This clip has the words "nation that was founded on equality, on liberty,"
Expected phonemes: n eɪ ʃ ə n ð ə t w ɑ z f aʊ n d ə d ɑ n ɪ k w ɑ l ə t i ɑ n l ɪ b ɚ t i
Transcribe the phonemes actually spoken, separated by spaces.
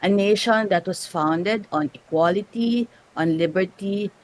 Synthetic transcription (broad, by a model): n eɪ ʃ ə n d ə t w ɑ s f aʊ n d ə d ɑ n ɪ k w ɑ l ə t i ɑ n l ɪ b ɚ t i